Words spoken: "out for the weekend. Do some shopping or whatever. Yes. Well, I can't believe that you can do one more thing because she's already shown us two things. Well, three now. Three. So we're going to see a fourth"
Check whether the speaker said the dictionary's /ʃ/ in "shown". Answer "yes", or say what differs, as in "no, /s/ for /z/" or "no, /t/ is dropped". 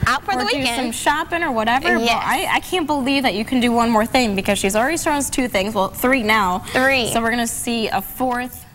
no, /s/ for /ʃ/